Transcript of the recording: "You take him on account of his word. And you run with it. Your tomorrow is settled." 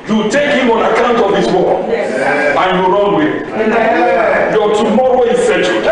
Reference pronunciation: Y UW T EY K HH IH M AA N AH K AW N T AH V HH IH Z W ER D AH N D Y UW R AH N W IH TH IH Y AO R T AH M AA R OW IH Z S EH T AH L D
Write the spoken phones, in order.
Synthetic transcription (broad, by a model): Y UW T EY K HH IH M AA N AH K AW N T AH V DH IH S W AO AH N Y UW R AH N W IH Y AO T AH M AA R OW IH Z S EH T